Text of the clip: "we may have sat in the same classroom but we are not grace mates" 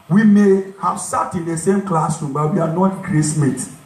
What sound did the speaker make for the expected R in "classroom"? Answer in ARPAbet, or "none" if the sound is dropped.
none